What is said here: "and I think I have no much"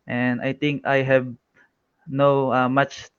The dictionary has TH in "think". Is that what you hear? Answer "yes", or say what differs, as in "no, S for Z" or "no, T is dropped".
no, T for TH